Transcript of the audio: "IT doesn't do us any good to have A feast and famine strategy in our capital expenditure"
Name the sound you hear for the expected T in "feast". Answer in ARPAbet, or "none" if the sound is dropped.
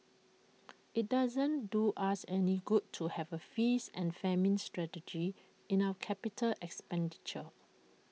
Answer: none